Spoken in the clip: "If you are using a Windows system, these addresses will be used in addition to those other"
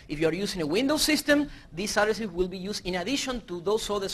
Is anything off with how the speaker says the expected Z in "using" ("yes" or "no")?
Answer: yes